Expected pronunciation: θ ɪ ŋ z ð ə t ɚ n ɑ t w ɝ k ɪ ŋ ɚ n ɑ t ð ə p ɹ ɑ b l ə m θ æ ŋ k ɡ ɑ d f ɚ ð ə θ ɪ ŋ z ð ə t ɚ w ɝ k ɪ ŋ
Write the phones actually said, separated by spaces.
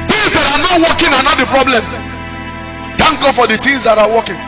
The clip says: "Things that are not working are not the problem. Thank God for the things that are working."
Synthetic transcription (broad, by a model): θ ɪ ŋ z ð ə t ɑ n ɑ t w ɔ k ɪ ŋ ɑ n ɑ t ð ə p ɹ ɑ b l ə m t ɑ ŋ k ɡ ɑ d f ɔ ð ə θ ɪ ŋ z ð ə t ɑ w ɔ k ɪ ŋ